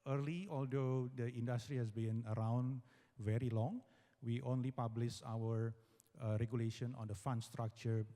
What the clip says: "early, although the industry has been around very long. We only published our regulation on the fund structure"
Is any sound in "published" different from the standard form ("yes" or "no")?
yes